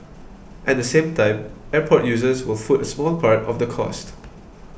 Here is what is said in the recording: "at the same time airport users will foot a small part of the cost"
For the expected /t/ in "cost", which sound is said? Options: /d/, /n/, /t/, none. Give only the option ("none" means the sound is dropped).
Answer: /t/